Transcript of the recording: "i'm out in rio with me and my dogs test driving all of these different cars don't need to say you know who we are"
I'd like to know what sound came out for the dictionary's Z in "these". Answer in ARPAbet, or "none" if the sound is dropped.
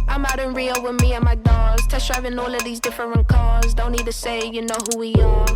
Z